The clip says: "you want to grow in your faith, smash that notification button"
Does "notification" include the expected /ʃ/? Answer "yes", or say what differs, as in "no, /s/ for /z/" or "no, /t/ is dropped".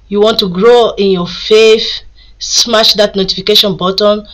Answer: yes